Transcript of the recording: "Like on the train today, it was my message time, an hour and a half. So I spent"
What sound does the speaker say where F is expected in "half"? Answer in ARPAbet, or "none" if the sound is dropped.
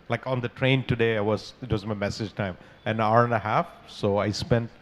F